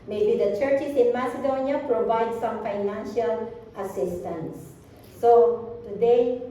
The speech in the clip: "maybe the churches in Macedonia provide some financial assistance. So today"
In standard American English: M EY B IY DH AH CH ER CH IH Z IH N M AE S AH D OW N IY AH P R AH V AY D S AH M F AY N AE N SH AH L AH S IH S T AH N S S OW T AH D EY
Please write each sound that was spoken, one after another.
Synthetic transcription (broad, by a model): M EY B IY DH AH CH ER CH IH S IH N M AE S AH D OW N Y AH P R AH V AY D S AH M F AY N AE N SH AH L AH S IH S T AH N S S OW T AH D EY